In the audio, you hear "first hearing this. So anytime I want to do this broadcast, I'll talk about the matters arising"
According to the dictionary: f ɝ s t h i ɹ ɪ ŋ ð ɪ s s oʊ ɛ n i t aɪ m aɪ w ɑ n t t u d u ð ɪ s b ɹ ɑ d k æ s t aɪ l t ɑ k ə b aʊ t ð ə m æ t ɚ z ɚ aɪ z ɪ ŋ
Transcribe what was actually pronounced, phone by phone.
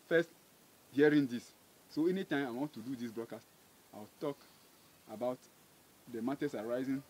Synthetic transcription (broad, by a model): f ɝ s t h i ɹ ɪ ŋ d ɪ s s oʊ ɛ n i t aɪ m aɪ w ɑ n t t u d u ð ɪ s b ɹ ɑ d k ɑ s t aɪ w t ɑ k ə b aʊ t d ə m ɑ t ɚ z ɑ aɪ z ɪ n